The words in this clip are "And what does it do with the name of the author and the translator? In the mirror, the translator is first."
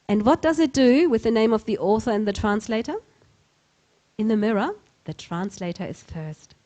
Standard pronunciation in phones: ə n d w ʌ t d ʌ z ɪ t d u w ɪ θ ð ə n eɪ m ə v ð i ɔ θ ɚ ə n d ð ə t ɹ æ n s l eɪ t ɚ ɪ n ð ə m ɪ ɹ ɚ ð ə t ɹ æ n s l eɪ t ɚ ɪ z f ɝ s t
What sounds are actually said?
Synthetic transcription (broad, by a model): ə n w ʌ t d ʌ z ɪ t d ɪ w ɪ ð ə n eɪ m ə v ð i ɔ θ ɚ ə n ð ə t ɹ æ n s l eɪ t ɚ ɪ n ð ə m ɪ ɹ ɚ ð ə t ɹ æ n s l eɪ t ɚ ɪ z f ɝ s t